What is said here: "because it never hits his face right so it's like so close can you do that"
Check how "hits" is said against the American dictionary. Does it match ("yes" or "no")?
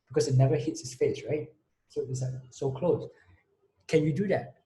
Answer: yes